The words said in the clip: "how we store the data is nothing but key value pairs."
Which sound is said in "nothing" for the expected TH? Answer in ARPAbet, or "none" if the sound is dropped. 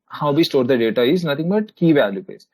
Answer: T